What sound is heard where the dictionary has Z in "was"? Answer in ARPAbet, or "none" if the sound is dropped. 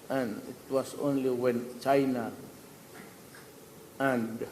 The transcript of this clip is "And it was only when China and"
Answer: S